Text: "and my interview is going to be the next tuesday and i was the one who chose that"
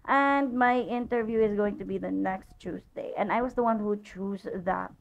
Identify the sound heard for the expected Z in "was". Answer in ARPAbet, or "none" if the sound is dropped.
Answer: Z